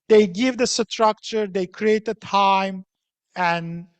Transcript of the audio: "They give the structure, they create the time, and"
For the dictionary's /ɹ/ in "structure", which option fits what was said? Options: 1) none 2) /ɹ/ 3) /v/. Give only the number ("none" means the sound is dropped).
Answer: 2